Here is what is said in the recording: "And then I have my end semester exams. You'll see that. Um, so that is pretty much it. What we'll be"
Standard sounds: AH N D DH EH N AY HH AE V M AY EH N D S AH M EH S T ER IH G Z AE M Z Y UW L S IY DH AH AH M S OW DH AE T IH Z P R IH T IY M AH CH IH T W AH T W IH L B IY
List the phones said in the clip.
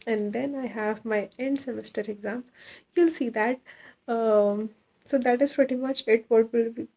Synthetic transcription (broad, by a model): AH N D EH N AY HH AE V M AY EH N D S AH M EH S T ER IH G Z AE M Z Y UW L S IY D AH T S OW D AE T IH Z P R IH T IY M AH CH IH T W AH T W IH L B IY